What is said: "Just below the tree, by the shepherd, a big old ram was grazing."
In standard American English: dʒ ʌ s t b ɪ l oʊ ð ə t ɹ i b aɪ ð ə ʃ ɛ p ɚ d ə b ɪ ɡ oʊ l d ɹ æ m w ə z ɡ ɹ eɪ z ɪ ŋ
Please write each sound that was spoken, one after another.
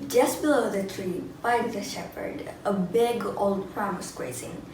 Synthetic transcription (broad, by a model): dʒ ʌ s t b ɪ l oʊ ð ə t ɹ i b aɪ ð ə ʃ ɛ p ɚ d ə b ɪ ɡ oʊ l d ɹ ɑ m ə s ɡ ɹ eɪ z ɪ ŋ